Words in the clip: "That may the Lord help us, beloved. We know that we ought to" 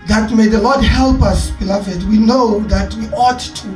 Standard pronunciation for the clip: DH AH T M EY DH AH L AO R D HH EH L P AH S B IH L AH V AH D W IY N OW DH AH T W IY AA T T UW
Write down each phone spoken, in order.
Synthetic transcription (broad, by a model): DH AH T M EY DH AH L AO D HH EH L P AH S B IH L AH V AH D W IY N OW DH AH T W IY AA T T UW